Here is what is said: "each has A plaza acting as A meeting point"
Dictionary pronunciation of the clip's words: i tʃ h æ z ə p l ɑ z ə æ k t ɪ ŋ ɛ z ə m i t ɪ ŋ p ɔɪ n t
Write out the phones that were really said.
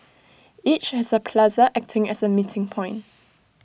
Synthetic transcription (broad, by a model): i tʃ h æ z ə p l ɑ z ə æ k t ɪ ŋ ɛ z ə m i t ɪ ŋ p ɔɪ n t